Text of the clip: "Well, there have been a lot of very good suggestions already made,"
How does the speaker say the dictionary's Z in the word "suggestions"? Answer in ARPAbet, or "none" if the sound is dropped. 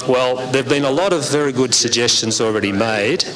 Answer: Z